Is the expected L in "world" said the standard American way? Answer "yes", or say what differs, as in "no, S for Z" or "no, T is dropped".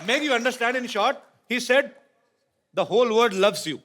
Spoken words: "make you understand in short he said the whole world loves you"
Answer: no, L is dropped